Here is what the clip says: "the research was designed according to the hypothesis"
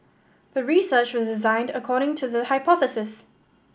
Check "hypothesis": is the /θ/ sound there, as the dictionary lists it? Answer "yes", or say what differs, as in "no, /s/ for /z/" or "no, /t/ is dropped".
yes